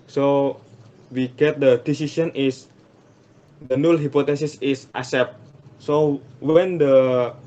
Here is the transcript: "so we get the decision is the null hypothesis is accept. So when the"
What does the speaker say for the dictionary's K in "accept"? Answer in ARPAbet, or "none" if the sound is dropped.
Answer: none